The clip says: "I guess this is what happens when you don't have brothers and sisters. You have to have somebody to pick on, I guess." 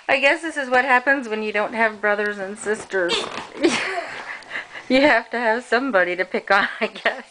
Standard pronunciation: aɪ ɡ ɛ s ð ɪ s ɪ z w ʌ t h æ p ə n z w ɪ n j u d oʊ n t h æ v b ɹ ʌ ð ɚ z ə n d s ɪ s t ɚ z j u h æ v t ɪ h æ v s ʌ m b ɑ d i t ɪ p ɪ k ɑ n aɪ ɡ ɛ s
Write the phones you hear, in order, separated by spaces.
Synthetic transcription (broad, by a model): aɪ ɡ ɛ s ð ɪ s ɪ z w ʌ t h æ p ə n z w ɪ n j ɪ d oʊ n t h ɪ v b ɹ ʌ ð ɚ z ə n s ɪ s t ɚ z j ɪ h æ f t ɪ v s ʌ m b ɑ d i t ɪ p ɪ k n aɪ ɡ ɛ s